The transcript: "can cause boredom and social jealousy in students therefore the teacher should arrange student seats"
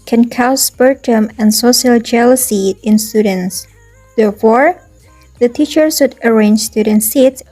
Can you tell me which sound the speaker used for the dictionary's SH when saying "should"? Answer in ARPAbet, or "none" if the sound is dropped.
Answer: S